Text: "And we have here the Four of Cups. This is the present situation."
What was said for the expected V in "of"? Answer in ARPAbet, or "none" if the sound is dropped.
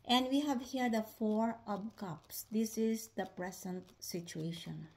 P